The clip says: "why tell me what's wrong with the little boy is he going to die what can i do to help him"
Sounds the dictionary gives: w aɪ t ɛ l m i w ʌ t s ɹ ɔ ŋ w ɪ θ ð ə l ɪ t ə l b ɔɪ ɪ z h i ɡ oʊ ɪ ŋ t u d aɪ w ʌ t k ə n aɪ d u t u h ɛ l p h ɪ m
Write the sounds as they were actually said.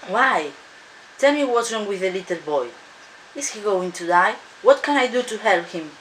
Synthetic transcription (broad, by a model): w aɪ t ɛ l m i w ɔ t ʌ ɹ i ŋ w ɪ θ ð ə l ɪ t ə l b ɔɪ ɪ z h i ɡ oʊ ɪ ŋ t u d aɪ w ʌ t k ə n aɪ d u t u h ɛ l p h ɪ m